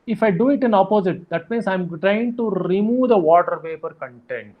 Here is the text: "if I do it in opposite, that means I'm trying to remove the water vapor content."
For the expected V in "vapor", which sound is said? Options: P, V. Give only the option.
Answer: P